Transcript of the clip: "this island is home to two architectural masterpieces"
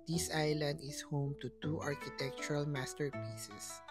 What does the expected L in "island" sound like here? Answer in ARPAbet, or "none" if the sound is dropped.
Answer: L